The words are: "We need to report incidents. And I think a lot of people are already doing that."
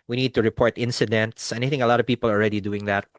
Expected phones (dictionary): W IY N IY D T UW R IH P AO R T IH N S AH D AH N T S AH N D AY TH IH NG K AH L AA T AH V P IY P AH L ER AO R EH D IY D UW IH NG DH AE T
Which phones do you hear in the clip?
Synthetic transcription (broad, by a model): W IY N IY D T UW R IH P AO R T IH N S AH D AH N T S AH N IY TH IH NG AH L AA T AH V P IY P AH L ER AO R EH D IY D UW IH NG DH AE T